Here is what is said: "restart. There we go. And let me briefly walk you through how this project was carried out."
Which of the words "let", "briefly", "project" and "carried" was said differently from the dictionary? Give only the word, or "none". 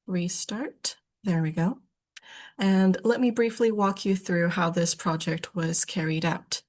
none